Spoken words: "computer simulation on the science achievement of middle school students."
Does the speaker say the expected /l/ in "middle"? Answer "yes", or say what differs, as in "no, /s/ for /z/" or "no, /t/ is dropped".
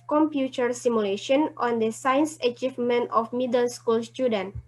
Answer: no, /n/ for /l/